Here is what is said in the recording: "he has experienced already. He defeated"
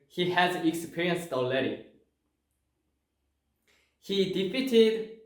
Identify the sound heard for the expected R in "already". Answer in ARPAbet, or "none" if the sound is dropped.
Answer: none